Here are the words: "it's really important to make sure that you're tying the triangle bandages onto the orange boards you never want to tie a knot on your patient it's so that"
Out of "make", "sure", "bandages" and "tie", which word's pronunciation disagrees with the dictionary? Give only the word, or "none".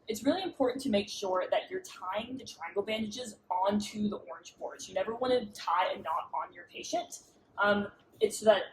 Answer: none